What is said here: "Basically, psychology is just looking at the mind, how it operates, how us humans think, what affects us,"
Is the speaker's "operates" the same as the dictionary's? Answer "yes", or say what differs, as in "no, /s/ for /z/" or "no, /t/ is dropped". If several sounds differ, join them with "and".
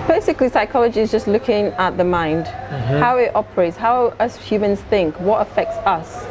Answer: yes